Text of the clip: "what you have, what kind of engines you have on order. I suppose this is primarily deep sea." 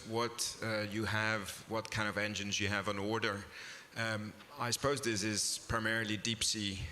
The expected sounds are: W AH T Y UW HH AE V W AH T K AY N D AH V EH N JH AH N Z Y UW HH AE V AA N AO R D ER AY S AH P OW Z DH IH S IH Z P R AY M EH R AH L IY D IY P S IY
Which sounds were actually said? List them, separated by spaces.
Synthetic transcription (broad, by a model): W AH T Y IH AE V W AH T K AY N D AH V EH N JH AH N Z Y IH V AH N AO R D ER AY S AH P OW Z DH IH S IH Z P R AY M EH R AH L IY D IY P S IY